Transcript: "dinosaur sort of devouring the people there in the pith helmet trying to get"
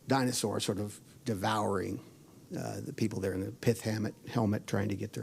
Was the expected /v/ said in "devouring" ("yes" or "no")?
yes